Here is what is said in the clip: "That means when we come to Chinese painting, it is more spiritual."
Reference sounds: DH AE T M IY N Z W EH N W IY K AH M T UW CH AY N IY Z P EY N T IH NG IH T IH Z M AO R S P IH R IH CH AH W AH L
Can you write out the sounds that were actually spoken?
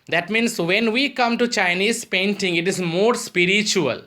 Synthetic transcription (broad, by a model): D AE T M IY N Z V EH N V IY K AH M T UW CH AY N IY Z P EY N T IH NG IH T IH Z M AO R S P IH R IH CH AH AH L